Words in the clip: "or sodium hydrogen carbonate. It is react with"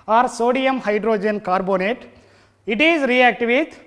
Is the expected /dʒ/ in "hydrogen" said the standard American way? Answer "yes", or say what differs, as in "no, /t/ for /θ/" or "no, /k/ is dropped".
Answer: yes